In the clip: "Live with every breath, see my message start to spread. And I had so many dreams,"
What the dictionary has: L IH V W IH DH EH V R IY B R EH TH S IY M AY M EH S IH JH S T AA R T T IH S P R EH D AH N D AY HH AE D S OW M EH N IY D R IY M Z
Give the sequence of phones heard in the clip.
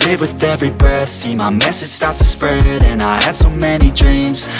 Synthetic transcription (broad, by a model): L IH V W IH DH EH V R IY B EH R S IY M AY M EH S IH JH S T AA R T T IH S P R EH D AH N AY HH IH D S OW M EH N IY D R IY M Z